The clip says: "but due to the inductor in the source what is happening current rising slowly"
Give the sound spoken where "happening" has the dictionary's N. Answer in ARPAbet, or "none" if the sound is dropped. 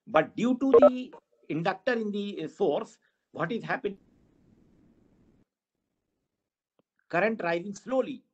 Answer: none